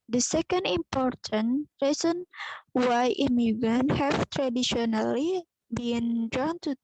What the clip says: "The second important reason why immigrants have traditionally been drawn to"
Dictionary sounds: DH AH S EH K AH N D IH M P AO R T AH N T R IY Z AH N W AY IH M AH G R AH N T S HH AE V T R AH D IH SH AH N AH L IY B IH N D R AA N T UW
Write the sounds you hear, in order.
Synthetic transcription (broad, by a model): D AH S EH K AH N D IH M P AO R T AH N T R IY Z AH N W AY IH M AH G AH N HH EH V T R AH D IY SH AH N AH L IY B IH N D R AA N T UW